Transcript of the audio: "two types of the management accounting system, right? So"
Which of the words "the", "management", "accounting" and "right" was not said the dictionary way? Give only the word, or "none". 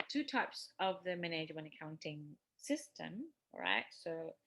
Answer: management